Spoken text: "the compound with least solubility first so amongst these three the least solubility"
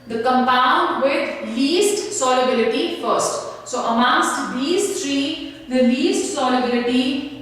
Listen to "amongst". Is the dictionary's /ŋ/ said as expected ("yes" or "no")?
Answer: no